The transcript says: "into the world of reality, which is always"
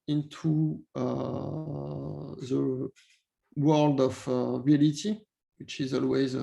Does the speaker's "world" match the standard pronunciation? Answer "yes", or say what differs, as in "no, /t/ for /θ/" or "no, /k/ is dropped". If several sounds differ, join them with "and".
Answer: yes